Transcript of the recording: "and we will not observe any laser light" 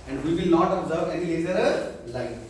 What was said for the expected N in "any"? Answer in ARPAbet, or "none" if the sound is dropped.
N